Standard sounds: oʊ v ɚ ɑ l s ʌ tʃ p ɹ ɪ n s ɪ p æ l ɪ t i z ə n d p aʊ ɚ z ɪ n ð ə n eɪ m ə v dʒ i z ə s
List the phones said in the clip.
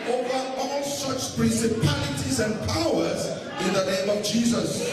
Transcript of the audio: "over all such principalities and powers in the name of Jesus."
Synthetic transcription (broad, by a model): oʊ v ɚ ɑ l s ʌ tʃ p ɹ ɪ n s ɪ p æ l ɪ t i z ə n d p aʊ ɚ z ɪ n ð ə n eɪ m ə v dʒ i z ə s